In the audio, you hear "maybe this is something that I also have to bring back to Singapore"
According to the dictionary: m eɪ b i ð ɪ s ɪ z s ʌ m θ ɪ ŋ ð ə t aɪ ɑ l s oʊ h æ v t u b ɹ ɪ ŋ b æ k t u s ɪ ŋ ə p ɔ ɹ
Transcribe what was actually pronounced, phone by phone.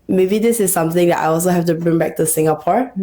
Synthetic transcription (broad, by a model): m eɪ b i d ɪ s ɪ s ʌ m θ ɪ ŋ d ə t aɪ ɑ l s oʊ h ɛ f t u b ɹ ɪ ŋ b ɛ k t u s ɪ ŋ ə p ɔ ɹ